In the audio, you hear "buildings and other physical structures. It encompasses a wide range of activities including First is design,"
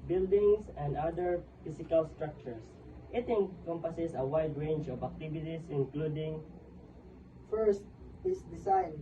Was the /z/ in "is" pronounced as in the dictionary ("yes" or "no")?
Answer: no